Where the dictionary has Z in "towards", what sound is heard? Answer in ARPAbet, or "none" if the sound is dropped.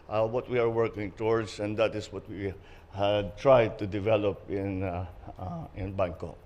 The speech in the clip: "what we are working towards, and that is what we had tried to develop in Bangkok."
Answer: S